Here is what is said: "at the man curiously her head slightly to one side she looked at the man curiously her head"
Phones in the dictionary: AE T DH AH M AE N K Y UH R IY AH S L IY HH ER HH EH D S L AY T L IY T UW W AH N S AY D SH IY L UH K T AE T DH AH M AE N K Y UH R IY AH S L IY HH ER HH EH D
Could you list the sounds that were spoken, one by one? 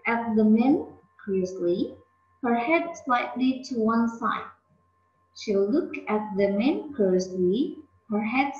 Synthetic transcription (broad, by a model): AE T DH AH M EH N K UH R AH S L IY HH ER HH EH D S L AY T L IY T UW W AH N S AY D SH IY L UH K AE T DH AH M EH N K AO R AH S L IY HH ER HH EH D